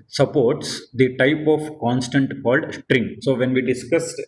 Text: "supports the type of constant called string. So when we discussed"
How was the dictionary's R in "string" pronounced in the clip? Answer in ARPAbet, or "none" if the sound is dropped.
R